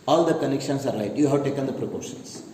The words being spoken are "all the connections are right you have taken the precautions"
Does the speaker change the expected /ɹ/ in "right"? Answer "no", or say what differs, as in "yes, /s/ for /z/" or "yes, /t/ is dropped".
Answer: yes, /l/ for /ɹ/